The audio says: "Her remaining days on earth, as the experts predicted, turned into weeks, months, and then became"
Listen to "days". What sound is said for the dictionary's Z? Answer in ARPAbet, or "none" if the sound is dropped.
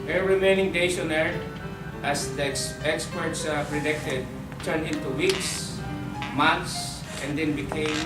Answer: S